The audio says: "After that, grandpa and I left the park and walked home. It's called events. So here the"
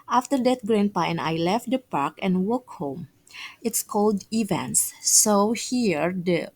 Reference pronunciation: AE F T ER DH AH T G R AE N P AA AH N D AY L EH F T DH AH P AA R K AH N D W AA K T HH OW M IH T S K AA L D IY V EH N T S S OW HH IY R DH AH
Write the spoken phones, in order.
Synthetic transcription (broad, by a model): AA F T ER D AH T G R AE N P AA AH N AY L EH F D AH P AA R K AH N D W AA K HH OW M IH T S K AA L D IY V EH N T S S OW HH IY R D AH